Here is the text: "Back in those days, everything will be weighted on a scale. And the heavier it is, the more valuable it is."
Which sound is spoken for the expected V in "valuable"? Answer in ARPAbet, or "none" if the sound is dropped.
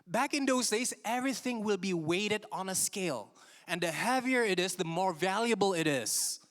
V